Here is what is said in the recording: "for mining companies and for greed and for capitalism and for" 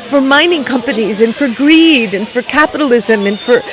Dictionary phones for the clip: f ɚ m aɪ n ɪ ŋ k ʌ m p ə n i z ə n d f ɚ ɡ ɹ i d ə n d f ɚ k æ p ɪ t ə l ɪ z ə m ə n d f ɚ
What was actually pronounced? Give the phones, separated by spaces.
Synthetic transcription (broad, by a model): f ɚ m aɪ n ɪ ŋ k ʌ m p ə n i z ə n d f ɚ ɡ ɹ i d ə n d f ɚ k æ p ɪ t ə l ɪ z ə m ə n f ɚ